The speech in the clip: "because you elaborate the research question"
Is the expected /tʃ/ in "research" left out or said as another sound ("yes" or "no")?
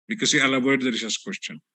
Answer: yes